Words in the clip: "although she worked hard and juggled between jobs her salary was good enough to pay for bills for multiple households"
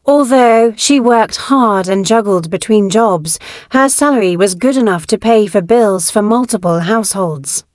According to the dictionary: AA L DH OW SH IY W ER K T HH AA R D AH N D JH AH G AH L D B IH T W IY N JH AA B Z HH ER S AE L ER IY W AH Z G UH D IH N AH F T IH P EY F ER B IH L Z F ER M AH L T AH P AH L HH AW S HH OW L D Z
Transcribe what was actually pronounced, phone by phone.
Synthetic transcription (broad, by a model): AA L DH OW SH IY W ER K T HH AA R D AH N JH AH G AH L D B IH T W IY N JH AA B Z HH ER S AE L ER IY W AH Z G UH D IH N AH F T IH P EY F ER B IH L Z F ER M AH L T AH P AH L HH AW S HH OW L D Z